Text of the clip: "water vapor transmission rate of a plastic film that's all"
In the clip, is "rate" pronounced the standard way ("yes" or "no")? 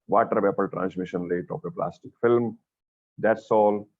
no